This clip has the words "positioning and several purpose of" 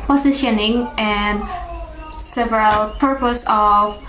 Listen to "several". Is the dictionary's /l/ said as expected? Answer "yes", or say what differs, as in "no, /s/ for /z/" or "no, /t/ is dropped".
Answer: yes